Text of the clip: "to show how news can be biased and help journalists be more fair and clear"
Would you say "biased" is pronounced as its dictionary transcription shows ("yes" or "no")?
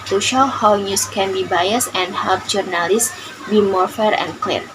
no